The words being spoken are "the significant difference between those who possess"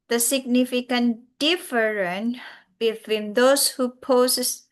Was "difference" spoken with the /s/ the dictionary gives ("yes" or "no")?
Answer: no